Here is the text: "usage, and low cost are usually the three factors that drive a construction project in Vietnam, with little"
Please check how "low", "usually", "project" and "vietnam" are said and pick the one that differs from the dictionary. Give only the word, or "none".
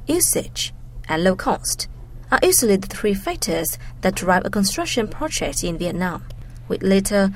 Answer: usually